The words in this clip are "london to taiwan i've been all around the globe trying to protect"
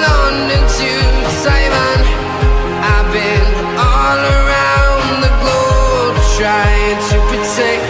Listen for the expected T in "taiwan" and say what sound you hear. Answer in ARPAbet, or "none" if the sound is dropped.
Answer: S